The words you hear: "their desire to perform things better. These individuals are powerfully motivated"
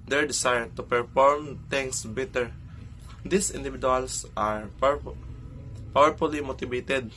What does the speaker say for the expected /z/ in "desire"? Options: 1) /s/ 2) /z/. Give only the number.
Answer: 1